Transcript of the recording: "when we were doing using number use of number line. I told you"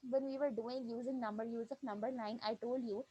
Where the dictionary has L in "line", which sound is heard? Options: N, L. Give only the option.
N